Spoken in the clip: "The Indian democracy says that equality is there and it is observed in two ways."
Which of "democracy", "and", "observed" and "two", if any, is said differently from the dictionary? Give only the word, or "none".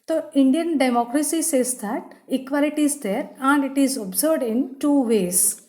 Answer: observed